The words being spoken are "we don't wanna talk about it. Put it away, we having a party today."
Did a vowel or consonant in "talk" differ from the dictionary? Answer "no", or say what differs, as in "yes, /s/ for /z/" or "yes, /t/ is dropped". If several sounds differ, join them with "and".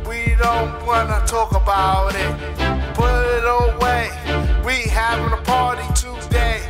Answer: no